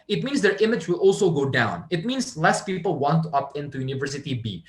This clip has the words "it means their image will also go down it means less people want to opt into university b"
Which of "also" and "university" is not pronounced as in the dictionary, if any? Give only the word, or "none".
none